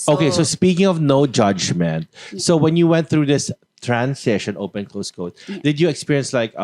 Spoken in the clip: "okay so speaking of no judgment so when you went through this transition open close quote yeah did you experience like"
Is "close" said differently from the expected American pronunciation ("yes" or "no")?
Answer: no